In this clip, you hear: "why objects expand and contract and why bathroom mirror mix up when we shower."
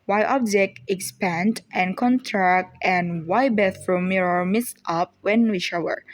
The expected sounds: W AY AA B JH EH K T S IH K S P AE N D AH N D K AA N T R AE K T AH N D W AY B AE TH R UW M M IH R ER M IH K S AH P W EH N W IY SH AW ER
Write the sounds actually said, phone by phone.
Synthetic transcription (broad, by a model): W AY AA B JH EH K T IH K S P AE N D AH N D K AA N T R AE K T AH N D W AY B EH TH R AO M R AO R M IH S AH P W EH N W IY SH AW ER